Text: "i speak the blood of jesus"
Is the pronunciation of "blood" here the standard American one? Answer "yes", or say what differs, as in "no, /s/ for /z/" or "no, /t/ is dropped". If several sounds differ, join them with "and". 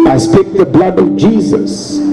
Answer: yes